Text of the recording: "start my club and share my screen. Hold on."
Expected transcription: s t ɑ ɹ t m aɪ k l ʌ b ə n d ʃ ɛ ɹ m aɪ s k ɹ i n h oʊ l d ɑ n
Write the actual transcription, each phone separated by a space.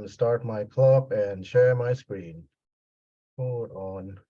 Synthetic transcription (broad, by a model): s t ɑ ɹ t m aɪ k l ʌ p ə n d ʃ ɛ ɹ m aɪ s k ɹ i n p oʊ d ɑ n